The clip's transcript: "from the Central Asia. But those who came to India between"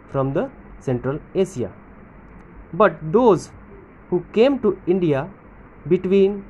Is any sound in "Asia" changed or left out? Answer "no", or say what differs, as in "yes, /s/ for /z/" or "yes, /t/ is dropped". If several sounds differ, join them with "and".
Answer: yes, /s/ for /ʒ/